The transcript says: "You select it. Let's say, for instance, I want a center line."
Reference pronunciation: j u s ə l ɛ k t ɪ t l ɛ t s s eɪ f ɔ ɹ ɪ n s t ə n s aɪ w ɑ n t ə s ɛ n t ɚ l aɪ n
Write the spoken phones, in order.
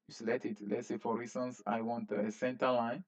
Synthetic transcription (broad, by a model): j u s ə l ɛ t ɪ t l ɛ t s s eɪ f ɔ ɹ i s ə n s aɪ w ɑ n t ə s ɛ n t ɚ l aɪ n